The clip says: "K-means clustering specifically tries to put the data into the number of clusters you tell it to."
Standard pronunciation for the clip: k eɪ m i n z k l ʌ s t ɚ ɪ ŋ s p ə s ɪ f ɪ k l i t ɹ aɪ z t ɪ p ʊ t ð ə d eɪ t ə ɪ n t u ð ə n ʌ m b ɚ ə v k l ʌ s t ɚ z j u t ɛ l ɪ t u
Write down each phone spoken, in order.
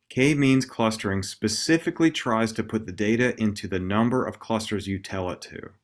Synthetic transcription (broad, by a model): k eɪ m i n z k l ʌ s t ɚ ɪ ŋ s p ə s ɪ f ɪ k l i t ɹ aɪ z t ɪ p ʊ t ð ə d eɪ t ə ɪ n t u ð ə n ʌ m b ɚ ə v k l ʌ s t ɚ z j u t ɛ l ɪ t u